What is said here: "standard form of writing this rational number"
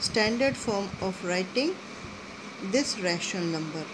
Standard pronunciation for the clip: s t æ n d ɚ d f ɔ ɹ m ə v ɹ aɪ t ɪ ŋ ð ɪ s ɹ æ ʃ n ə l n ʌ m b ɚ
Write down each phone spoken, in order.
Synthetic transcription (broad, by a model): s t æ n d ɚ d f ɔ ɹ m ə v ɹ aɪ t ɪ ŋ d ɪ s ɹ æ ʃ n ə l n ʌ m b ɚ